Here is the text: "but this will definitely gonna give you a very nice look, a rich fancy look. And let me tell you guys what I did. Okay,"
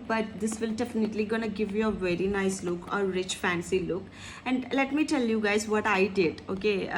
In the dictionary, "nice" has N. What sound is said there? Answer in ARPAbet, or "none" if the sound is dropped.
N